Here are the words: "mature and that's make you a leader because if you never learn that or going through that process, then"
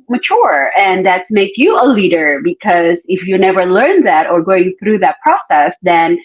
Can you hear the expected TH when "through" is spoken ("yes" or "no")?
yes